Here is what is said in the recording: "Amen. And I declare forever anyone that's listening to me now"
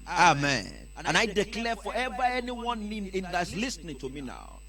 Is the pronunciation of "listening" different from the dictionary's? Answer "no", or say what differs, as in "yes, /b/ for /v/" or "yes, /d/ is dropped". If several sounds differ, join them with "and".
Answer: no